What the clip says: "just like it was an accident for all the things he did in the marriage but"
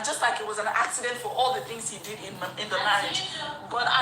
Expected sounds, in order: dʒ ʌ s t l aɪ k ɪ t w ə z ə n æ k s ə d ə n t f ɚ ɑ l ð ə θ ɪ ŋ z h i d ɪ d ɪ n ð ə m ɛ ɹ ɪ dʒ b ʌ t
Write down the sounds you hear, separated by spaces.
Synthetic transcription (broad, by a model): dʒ ʌ s t l aɪ k ɪ t w ə z ə n æ k s ə d ə n t f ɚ ɑ l ð ə θ ɪ ŋ z h i d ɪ d ɪ n ð ə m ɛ ɪ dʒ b ʌ t